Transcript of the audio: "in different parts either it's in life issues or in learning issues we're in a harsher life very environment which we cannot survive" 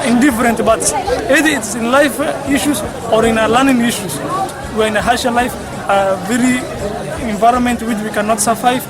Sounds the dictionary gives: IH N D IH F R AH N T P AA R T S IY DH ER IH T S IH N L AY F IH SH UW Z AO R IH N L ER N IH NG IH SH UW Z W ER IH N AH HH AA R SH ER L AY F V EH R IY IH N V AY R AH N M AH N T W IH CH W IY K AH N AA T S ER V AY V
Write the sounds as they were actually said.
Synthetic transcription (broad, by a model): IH N D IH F R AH N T B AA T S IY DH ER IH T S IH N L AY F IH SH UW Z AO R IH N L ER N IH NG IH SH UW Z W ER IH N AH HH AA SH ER L AY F V EH R IY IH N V AY R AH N M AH N T W IH CH W IY K AH N AA T S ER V AY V